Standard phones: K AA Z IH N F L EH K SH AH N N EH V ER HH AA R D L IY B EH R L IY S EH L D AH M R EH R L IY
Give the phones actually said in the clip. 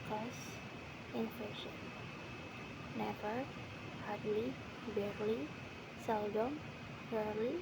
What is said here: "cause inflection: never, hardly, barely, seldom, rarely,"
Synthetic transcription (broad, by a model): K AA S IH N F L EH SH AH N N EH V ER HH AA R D L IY B EH R L IY S EH L D AH M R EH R L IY